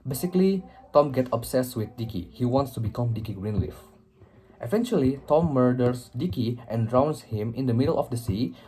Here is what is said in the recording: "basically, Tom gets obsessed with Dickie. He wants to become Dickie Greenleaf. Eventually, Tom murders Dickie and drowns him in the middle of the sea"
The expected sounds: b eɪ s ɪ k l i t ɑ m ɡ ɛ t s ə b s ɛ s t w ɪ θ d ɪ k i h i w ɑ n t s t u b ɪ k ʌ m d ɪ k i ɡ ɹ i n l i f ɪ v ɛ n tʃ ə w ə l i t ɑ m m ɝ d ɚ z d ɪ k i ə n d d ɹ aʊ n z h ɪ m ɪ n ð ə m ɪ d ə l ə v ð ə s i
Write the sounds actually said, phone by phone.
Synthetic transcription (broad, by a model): b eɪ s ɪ k l i t ɑ m ɡ ɛ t ə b s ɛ s w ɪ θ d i k i h i w ɑ n t s t u b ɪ k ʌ m d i k i ɡ ɹ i n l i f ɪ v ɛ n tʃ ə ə l i t ɑ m m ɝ d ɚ s d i k i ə n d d ɹ aʊ n s h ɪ m ɪ n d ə m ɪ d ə l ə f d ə s i